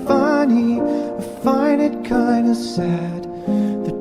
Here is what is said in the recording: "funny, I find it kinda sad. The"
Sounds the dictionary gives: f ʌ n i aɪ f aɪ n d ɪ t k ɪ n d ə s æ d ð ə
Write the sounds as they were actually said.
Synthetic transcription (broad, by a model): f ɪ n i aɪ f aɪ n ɪ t k ɪ n d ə s æ d ð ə